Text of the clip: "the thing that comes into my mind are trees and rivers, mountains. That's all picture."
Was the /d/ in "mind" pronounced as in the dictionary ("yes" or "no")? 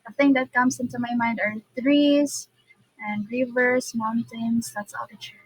yes